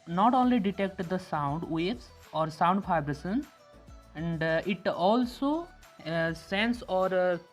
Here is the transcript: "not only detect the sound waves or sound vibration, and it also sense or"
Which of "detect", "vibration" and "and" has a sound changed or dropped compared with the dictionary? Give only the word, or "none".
vibration